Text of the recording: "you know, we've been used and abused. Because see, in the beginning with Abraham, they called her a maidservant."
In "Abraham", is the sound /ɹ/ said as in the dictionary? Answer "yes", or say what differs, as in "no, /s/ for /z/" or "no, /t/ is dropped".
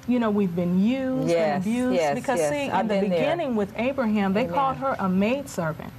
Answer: yes